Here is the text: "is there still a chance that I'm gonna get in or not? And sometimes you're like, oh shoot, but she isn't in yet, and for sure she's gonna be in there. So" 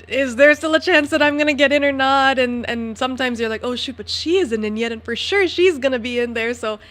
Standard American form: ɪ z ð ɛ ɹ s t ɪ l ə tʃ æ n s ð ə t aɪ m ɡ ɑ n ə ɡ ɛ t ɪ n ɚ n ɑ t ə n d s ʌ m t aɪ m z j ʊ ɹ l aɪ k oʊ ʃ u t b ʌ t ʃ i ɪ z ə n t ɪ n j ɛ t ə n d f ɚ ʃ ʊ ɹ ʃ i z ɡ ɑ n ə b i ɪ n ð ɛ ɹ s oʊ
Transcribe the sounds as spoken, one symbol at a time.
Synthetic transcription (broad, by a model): ɪ z ð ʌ ɹ s t ɪ l ə tʃ æ n s ð ə t aɪ m ɡ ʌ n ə ɡ ɛ t ɪ n ɚ n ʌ t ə n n s ʌ m t aɪ m z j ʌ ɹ l aɪ k oʊ ʃ u t b ʌ t ʃ i ɪ z ə n t ɪ n j ɛ t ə n f ɚ ʃ ʊ ɹ ʃ i z ɡ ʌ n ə b i ɪ n ð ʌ ɹ s oʊ